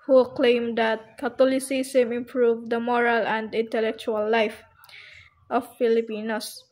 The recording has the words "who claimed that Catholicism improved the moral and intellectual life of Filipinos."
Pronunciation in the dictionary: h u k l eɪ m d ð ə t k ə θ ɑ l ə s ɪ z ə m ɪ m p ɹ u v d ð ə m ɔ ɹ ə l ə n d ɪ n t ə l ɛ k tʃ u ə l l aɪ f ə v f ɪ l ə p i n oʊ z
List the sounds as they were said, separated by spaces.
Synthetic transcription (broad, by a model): h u k l eɪ m d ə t k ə t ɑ l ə s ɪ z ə m ɪ m p ɹ u v d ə m ɔ ɹ ə l ə n d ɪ n t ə l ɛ k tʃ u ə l l aɪ f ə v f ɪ l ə p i n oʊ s